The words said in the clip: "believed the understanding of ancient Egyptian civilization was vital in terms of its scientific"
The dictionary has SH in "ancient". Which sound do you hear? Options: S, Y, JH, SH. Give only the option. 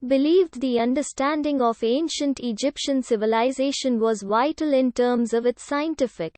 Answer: SH